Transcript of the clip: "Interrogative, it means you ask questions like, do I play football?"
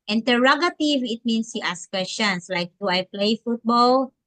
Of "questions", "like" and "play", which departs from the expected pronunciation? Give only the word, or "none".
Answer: questions